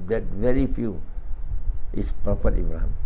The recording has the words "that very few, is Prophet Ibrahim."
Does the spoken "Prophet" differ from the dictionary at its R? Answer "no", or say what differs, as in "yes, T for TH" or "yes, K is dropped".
yes, R is dropped